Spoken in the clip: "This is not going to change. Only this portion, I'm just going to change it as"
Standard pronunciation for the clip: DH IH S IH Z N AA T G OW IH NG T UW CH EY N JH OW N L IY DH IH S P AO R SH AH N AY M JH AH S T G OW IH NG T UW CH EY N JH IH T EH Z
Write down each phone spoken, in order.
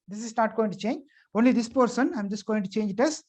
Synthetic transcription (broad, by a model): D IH S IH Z N AA T G OW IH NG T UW CH EY N JH OW N L IY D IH S P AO R S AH N AY M JH AH S T G OW IH NG T UW CH EY N JH IH T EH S